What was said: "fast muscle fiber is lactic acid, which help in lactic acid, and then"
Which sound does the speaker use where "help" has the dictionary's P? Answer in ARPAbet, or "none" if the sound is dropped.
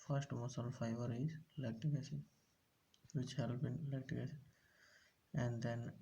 B